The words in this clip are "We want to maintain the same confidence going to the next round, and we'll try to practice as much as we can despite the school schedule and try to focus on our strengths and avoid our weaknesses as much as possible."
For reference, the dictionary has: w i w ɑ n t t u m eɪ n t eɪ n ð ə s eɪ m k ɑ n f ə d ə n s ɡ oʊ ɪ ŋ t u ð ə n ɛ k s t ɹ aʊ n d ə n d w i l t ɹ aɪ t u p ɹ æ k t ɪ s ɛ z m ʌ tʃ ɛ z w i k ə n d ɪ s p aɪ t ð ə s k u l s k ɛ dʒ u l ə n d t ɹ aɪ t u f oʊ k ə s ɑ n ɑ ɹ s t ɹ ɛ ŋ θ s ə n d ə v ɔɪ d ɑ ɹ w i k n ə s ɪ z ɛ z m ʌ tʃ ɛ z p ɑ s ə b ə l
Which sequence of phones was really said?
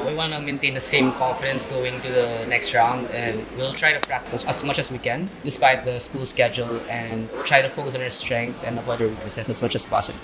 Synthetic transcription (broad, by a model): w i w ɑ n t t u m eɪ n t eɪ n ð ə s eɪ m k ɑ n f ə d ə n s ɡ oʊ ɪ ŋ t u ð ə n ɛ k s t ɹ aʊ n d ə n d w i l t ɹ aɪ t u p ɹ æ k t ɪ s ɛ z m ʌ tʃ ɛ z w i k ə n d ɪ s p aɪ t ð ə s k u l s k ɛ dʒ u l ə n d t ɹ aɪ t u f oʊ k ə s ɑ n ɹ s t ɹ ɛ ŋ t s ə n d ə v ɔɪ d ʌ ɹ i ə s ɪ s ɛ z m ʌ tʃ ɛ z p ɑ s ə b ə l